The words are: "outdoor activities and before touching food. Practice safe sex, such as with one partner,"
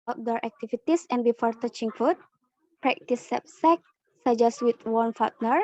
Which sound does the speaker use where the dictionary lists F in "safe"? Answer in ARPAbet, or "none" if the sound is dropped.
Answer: P